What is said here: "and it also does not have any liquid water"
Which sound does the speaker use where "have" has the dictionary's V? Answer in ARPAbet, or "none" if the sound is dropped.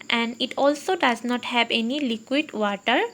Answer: B